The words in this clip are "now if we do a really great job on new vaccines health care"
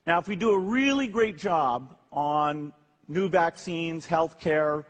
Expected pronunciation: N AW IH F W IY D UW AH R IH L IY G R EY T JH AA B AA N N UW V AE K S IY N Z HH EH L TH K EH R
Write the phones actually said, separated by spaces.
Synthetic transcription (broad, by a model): N AW IH F W IY D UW AH R IH L IY G R EY T JH AA B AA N N UW V AE K S IY N Z HH EH L TH K EH R